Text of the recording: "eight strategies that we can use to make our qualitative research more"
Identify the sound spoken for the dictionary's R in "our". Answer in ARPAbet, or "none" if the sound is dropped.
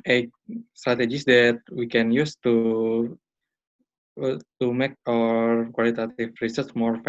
R